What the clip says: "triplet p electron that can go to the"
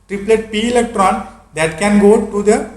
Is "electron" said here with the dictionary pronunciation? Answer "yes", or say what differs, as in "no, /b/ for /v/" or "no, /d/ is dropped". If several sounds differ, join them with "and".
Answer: yes